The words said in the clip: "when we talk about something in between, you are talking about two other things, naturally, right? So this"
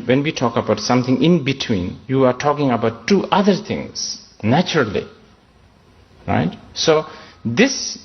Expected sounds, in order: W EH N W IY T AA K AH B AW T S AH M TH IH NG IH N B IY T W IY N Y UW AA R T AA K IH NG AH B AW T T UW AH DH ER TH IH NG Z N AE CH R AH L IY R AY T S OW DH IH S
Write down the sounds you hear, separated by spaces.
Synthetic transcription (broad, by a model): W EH N W IY T AA K AH B AW T S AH M T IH NG IH N B IY T W IY N Y UW AA R T AA K IH NG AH B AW T T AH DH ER T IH NG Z N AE CH R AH L IY R AY T S OW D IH S